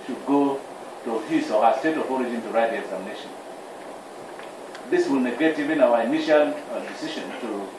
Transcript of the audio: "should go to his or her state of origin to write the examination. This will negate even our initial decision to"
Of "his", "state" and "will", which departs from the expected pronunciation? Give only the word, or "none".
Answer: his